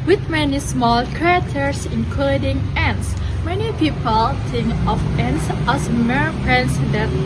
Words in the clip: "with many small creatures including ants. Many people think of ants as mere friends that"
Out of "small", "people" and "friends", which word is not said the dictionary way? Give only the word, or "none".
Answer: friends